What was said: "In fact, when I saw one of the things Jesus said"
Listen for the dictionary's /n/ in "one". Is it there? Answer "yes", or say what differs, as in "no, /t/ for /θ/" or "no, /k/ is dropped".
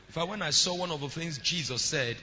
yes